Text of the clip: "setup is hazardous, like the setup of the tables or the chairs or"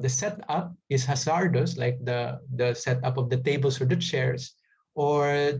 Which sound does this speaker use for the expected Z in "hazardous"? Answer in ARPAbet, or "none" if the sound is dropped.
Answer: S